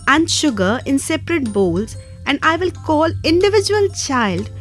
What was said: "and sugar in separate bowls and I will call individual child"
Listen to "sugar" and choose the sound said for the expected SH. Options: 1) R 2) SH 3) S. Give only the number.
2